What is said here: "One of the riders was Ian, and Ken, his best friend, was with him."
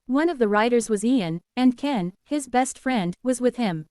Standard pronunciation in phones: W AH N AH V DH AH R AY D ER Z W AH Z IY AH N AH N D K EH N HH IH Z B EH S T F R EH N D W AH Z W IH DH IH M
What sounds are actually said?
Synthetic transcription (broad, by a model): W AH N AH V DH AH R AY D ER Z W AH Z IY AH N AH N K EH N HH IH Z B EH S T F R EH N D W AH Z W IH DH IH M